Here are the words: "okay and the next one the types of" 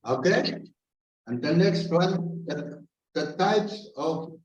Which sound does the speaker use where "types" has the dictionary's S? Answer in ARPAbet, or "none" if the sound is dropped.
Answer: S